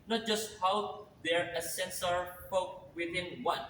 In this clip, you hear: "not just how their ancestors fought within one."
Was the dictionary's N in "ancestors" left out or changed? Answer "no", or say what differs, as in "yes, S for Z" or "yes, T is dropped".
yes, N is dropped